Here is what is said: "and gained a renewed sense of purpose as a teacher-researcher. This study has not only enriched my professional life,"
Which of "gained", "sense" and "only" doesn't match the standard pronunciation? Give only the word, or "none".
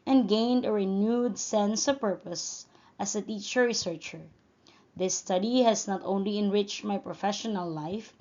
none